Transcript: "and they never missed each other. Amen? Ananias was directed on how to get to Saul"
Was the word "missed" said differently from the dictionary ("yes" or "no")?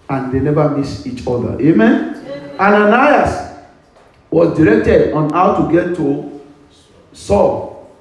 yes